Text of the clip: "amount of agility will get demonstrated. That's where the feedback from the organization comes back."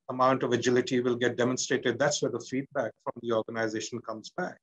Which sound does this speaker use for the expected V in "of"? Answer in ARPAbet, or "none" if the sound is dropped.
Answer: V